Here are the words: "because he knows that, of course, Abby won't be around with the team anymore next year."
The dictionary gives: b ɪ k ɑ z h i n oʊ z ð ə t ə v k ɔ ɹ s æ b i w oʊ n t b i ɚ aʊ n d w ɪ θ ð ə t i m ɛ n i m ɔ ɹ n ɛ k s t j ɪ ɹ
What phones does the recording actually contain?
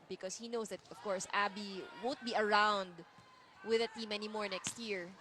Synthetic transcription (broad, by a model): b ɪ k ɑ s h i n oʊ s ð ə t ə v k ɔ ɹ s æ b i w oʊ n t b i ɚ aʊ n d w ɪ ð ə t i m ɛ n i m ɔ ɹ n ɛ k s t j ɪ ɹ